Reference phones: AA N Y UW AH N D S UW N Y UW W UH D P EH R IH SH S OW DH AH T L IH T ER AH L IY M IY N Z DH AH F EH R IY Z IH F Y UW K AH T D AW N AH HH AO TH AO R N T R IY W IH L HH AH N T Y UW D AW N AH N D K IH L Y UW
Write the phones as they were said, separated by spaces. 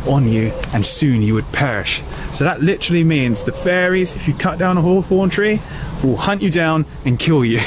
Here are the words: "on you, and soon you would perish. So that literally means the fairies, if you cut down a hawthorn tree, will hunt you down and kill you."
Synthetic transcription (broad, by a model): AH N Y UW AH N S UW N Y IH W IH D P EH R IH SH S OW DH AH T L IH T ER L IY M IY N Z DH AH F EH R IY Z IH F Y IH K AH T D AW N AH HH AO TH AO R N T R IY W IH L HH AH N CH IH D AW N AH N K IH L Y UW